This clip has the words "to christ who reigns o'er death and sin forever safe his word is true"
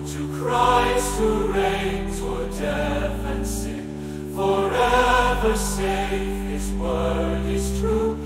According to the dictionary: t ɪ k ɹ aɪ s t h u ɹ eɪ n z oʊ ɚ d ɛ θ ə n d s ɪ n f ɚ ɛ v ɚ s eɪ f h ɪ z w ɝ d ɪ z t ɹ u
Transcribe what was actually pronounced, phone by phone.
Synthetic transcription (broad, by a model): t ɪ k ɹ aɪ s t h u ɹ eɪ n z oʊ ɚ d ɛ f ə n s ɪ f ɚ ɛ v ɚ s eɪ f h ɪ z w ɝ d ɪ z t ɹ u